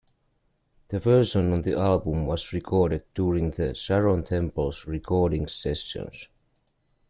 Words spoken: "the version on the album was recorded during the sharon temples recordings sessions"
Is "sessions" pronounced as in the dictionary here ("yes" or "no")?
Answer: no